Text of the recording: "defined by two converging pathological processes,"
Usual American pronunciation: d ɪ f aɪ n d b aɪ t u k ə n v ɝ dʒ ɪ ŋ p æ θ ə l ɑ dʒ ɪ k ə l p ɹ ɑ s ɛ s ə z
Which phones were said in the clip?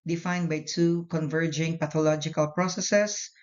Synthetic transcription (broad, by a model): d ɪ f aɪ n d b aɪ t u k ə n v ɝ dʒ ɪ ŋ p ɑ t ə l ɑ dʒ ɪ k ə l p ɹ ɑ s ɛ s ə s